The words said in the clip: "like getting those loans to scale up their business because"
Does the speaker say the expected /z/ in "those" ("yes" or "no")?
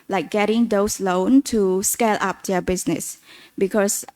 no